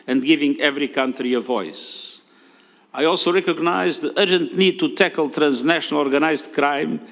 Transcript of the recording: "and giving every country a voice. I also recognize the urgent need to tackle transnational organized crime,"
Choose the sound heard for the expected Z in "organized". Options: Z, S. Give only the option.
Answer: Z